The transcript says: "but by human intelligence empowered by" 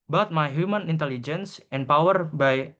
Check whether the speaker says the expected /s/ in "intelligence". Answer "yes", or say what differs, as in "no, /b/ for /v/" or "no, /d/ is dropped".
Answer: yes